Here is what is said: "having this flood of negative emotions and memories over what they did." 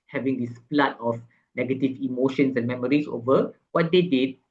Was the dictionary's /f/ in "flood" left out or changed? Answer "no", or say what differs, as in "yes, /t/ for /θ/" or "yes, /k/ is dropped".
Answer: yes, /p/ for /f/